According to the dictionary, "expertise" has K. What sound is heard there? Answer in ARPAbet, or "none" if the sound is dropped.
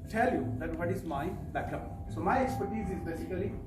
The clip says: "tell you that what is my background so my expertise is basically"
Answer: K